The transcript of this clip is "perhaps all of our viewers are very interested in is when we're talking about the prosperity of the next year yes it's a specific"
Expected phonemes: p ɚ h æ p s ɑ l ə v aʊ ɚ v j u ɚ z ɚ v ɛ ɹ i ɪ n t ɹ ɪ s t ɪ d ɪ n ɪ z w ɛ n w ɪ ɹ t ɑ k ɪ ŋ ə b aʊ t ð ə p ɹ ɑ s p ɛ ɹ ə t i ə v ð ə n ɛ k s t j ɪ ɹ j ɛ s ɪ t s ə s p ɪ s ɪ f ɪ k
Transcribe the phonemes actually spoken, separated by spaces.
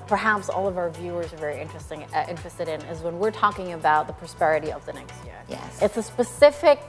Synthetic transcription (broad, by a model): p ɚ h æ p s ɑ l ə v aʊ ɚ v j u ɚ z ɚ v ɛ ɹ i ɪ n t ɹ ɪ s t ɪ d ɪ n ɪ z w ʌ n w ɪ ɹ t ɑ k ɪ ŋ ə b aʊ t ð ə p ɹ ɑ s p ɛ ɹ ə t i ə v ð ə n ɛ k s t j ɪ ɹ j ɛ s ɪ t s ə s p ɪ s ɪ f ɪ k